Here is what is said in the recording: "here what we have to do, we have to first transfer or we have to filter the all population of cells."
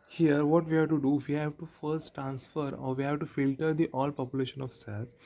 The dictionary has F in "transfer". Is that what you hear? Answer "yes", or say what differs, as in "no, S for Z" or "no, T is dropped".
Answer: yes